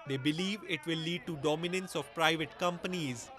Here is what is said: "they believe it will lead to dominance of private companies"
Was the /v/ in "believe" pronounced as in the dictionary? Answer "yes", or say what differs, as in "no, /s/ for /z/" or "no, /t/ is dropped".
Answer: yes